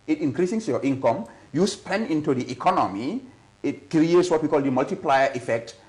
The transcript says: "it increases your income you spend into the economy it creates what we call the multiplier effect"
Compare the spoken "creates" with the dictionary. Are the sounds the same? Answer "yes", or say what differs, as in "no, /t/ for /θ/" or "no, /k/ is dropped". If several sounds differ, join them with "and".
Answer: yes